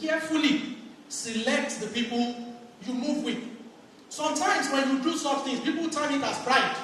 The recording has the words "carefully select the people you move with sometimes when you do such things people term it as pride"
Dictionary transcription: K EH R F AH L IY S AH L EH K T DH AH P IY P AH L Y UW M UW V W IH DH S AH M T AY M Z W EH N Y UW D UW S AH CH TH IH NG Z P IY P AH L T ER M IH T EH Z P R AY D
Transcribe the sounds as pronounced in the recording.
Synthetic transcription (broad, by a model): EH F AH L IY S AH L EH K T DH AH P IY P AH L Y UW M UW V W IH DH S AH M T AY M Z W EH N Y UW D UW S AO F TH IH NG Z P IY P AH L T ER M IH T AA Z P R AY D